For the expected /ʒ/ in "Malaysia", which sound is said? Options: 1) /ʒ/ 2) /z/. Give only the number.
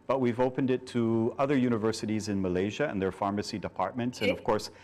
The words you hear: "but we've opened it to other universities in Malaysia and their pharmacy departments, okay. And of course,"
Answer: 1